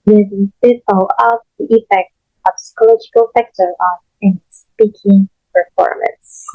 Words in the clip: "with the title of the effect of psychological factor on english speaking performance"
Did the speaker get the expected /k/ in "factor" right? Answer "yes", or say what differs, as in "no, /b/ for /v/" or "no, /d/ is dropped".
yes